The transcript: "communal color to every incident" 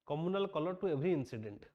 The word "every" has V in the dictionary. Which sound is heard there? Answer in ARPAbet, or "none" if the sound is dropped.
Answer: B